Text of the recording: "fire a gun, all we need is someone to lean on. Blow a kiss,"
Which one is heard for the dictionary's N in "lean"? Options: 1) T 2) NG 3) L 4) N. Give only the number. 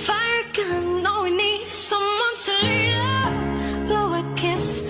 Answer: 3